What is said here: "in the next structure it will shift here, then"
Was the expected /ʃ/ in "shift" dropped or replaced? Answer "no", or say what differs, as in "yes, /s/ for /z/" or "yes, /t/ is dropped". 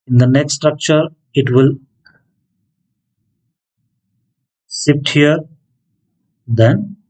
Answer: yes, /s/ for /ʃ/